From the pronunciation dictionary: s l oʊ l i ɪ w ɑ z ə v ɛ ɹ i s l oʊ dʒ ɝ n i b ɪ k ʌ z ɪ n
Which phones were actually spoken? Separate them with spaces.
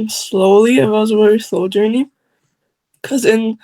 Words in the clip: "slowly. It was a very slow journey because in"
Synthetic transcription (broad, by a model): s l oʊ l i ɪ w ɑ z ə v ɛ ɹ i s l oʊ dʒ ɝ i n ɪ k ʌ z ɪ n